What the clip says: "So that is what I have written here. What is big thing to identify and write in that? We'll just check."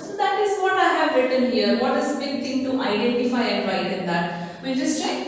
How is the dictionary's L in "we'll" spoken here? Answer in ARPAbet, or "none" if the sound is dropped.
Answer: N